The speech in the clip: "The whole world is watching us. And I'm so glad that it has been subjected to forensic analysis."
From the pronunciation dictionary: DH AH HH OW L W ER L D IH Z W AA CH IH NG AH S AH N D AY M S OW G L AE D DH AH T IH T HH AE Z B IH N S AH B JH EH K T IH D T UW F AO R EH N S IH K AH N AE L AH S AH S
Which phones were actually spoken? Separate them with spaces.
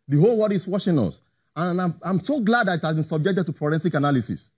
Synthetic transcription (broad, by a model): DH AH HH OW L W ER D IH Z W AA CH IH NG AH S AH N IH AY M S OW G L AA D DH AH T IH T HH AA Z B IH N S AH B JH EH K T IH D T UW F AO R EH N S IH K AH N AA L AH S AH S